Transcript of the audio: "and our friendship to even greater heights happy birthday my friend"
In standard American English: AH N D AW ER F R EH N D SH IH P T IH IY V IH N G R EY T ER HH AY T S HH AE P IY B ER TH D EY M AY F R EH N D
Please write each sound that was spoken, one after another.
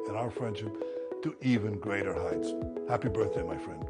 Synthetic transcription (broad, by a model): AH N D AW ER F R EH N D SH IH P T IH IY V IH N G R EY T ER HH AY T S HH AE P IY B ER TH D EY M AY F R EH N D